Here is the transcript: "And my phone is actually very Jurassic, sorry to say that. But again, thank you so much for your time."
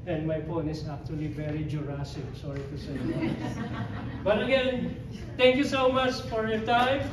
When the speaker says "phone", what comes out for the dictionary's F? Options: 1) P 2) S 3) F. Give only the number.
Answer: 1